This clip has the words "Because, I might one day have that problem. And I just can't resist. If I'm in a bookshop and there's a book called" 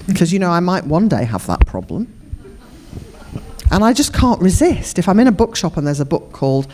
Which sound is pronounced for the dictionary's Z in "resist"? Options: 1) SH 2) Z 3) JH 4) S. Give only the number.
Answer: 2